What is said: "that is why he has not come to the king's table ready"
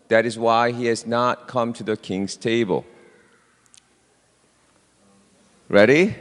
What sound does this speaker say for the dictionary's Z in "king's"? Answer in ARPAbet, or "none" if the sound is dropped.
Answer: S